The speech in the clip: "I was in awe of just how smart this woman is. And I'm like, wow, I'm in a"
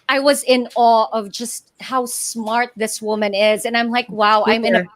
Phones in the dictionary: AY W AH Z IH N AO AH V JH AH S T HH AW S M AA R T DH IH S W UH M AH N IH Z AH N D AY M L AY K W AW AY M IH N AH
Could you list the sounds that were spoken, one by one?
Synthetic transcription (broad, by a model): AY W AH Z IH N AO AH V JH AH S T HH AW S M AA R T DH IH S W UH M AH N IH Z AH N AY M L AY K W AW AY M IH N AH